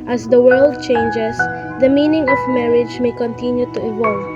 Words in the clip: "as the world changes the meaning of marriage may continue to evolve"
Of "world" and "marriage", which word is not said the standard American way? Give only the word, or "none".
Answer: none